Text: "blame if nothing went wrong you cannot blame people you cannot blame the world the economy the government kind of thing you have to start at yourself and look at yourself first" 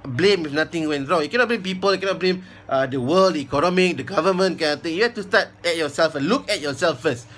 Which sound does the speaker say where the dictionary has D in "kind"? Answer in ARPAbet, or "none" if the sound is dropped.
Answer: none